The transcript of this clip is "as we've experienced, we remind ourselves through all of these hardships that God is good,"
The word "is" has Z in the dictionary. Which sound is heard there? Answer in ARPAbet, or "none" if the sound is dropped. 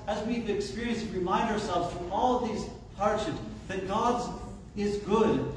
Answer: Z